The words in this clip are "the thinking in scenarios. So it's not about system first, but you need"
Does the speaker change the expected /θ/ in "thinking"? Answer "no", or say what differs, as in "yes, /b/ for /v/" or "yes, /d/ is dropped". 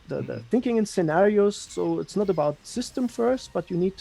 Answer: no